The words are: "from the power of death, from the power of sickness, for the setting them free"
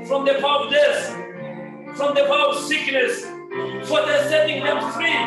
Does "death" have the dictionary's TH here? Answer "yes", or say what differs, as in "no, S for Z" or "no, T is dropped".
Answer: no, S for TH